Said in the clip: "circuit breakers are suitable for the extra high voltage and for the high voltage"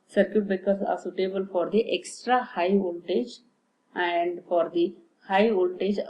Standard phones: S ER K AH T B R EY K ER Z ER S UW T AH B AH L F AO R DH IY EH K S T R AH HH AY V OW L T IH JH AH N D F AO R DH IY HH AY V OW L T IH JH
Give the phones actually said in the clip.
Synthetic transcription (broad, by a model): S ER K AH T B EY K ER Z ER S UW T AH B AH L F AO R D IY EH K S T R AH HH AY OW L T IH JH AH N D F AO R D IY HH AY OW L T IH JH